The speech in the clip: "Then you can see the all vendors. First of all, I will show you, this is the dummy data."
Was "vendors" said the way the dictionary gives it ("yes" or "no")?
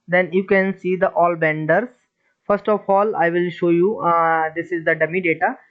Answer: no